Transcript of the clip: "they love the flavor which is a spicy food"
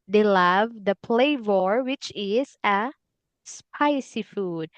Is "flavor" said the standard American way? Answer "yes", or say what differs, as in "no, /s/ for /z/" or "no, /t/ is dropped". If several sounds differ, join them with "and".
no, /p/ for /f/